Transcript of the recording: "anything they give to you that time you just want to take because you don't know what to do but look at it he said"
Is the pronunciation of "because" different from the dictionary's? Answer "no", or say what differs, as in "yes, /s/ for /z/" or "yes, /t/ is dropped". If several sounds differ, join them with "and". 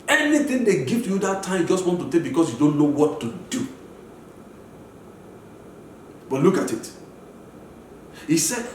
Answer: yes, /s/ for /z/